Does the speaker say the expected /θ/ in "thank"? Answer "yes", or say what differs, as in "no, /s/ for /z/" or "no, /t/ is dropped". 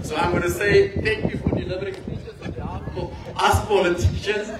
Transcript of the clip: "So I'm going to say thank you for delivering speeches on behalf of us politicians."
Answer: no, /t/ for /θ/